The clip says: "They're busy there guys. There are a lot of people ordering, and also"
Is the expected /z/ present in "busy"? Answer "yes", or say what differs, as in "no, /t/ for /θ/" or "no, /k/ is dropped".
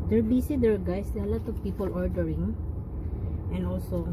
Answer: no, /s/ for /z/